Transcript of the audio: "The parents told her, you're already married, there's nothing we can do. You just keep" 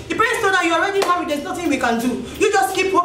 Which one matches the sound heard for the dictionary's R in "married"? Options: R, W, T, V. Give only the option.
W